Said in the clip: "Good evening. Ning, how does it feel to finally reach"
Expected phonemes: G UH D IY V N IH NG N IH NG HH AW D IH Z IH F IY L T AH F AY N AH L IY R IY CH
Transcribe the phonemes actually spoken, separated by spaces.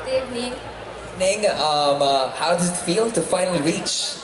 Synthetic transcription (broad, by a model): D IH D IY N IH NG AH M HH AW D IH Z IH F IY L T AH F AY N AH L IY R IY CH